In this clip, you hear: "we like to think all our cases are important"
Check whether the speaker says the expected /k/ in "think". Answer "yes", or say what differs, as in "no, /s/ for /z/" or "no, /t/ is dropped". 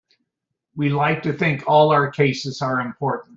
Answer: yes